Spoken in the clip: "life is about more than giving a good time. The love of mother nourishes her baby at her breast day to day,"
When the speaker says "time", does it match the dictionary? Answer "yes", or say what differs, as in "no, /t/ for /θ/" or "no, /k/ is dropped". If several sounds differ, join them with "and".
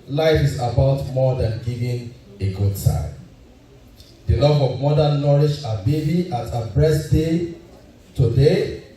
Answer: no, /s/ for /t/